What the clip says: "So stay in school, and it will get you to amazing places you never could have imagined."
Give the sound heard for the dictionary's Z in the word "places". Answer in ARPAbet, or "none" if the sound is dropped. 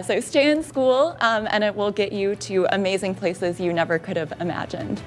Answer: Z